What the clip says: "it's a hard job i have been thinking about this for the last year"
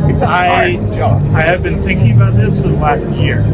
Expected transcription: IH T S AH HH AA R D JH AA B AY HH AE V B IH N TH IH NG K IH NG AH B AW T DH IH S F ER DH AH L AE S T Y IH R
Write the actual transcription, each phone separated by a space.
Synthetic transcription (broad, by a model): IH AH AA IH IH V B IH N TH IH NG K IH NG AH B AW T DH IH S F ER DH AH L AE S T Y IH R